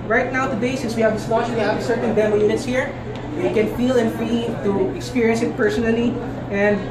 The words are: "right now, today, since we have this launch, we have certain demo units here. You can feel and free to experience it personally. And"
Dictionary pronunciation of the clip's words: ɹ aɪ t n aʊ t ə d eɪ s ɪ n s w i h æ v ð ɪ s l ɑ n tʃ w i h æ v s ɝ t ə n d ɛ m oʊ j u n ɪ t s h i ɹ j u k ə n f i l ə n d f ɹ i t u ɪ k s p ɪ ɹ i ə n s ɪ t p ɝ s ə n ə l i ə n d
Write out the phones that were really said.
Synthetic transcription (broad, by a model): ɹ aɪ t n aʊ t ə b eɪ s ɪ s w i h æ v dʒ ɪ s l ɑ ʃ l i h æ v s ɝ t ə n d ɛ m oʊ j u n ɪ t s h i ɹ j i k ə n f i l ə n f ɹ i t u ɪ k s p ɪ ɹ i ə n s ɪ t p ɝ s ə n ə l i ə n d